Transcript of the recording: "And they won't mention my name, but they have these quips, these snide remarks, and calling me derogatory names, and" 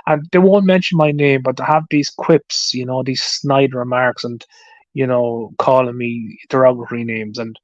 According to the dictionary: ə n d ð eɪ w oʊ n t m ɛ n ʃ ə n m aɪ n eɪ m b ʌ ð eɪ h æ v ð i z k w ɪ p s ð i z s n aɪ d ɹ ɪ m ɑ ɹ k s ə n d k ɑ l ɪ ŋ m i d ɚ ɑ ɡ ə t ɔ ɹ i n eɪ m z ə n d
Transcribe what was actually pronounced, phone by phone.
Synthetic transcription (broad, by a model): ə n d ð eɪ w oʊ n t m ɛ n ʃ ə n m aɪ n eɪ m b ʌ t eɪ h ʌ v ð i z k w ɪ p s ð i z s n aɪ d ɹ ɪ m ɑ ɹ k s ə n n k ɑ l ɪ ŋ m i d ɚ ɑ ɡ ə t ɹ i n eɪ m z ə n